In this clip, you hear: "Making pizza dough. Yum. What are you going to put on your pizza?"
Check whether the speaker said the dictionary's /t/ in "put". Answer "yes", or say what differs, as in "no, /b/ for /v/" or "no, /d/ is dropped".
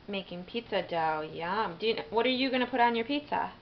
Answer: yes